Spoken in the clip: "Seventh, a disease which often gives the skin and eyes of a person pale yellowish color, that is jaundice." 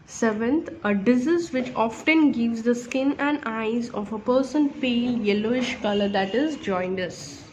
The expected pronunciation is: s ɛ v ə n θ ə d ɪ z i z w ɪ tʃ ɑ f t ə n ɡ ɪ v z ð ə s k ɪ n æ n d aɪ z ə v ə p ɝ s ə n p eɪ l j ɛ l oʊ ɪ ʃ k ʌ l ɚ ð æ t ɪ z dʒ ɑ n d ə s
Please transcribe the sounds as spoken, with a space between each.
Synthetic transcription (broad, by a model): s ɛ v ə n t ə d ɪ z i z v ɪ tʃ ɑ f t ə n ɡ ɪ v z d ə s k ɪ n æ n d aɪ z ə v ə p ɝ s ə n p eɪ l j ɛ l oʊ ɪ ʃ k ʌ l ɚ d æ t ɪ z dʒ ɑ n d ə s